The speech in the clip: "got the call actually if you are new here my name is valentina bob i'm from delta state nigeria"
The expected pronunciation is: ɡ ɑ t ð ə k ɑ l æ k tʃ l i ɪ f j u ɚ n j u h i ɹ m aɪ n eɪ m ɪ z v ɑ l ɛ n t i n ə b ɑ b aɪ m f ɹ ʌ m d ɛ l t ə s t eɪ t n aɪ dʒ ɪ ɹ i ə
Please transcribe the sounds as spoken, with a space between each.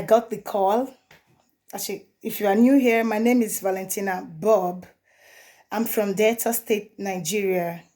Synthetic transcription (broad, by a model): ɡ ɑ t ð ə k ɑ l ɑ tʃ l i ɪ f j u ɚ n j u h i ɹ m aɪ n eɪ m ɪ z v ɑ l ɛ n t i n ə b ɑ b aɪ m f ɹ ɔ m d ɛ t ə s t eɪ t n aɪ dʒ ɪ ɹ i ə